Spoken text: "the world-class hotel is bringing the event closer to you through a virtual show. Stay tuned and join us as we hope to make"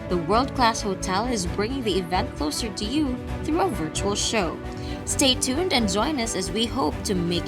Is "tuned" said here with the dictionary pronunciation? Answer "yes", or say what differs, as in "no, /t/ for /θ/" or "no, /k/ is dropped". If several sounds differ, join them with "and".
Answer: yes